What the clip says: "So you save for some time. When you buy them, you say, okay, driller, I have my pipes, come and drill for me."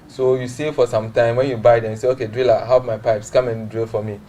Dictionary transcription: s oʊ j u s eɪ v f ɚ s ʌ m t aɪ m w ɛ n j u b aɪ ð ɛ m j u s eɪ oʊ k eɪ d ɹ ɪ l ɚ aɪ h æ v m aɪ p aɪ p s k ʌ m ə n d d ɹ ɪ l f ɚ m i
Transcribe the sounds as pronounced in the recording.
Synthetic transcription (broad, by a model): s oʊ j u s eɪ f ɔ s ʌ m t aɪ m w ɛ n j u b aɪ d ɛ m j u s eɪ oʊ k eɪ d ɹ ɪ l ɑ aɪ h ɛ p m aɪ p aɪ p s k ʌ m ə n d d ɹ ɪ l f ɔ m i